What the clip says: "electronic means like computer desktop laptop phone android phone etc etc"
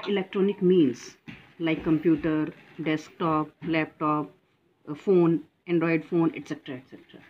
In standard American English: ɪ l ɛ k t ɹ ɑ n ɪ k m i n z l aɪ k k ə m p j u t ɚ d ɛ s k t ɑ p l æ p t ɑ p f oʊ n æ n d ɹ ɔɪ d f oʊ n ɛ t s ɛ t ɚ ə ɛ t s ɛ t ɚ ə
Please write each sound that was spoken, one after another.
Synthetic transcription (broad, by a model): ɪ l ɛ k t ɹ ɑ n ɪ k m i n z l aɪ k k ə m p j u t ɚ d ɛ s k t ɑ p l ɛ p t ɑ p f oʊ n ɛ n d ɹ ɔɪ d f oʊ n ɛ t s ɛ t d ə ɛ t s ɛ t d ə